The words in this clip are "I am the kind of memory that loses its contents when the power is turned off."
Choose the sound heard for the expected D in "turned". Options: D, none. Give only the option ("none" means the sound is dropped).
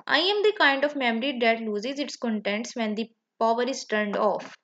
D